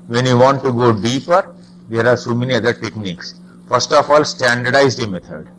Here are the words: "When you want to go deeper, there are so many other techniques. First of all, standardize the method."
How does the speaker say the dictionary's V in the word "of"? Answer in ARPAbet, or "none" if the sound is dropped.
F